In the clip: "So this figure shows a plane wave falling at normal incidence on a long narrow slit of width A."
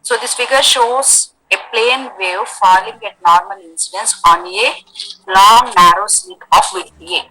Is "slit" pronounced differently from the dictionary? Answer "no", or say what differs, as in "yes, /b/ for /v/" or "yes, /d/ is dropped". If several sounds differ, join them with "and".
yes, /l/ is dropped